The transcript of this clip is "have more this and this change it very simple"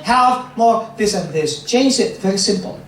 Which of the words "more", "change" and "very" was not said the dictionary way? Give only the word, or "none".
change